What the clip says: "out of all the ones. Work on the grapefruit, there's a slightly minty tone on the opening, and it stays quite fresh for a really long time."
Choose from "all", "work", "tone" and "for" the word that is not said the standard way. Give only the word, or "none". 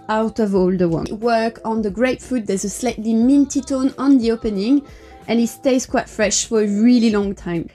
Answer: none